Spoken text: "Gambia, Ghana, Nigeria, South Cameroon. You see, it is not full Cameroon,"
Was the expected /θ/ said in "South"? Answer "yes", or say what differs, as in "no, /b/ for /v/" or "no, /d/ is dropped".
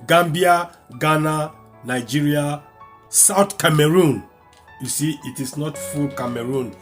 no, /t/ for /θ/